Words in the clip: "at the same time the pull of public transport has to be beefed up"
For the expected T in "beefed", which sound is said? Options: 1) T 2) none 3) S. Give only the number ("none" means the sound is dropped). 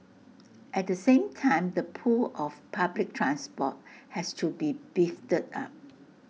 1